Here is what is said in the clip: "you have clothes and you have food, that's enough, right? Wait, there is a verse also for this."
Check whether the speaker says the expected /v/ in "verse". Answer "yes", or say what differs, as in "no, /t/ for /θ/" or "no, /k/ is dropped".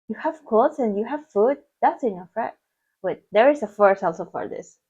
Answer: no, /f/ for /v/